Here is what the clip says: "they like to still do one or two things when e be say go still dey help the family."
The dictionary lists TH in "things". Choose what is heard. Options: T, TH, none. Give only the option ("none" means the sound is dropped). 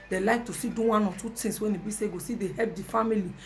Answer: T